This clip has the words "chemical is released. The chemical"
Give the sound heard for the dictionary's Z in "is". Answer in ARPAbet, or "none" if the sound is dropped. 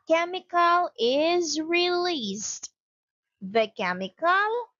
Z